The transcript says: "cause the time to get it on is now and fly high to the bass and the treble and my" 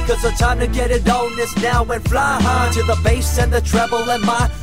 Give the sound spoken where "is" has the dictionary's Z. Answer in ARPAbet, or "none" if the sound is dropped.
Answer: S